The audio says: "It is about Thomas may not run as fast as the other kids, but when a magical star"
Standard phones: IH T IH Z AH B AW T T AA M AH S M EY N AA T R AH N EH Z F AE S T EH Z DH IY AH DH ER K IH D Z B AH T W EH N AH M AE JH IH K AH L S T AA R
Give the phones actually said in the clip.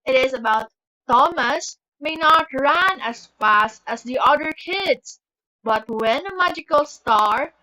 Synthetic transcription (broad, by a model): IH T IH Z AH B AW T T AA M AH S M EY N AA T R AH N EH S F AE S T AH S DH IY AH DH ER K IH D S B AH T W EH N AH M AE JH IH K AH L S T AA R